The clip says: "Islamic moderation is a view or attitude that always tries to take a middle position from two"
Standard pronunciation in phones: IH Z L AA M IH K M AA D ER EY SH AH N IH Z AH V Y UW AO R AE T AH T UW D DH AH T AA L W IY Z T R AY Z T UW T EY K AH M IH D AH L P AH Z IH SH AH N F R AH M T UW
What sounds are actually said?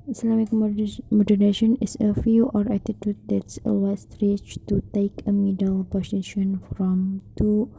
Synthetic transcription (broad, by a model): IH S L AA M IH K M AA D ER EY SH AH N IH S AH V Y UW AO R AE T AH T UW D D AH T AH W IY S T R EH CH T UW T EY K AH M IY D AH L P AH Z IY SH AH N F R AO M T UW